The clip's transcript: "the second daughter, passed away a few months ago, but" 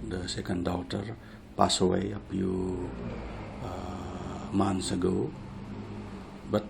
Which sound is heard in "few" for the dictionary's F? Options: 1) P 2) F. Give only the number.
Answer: 1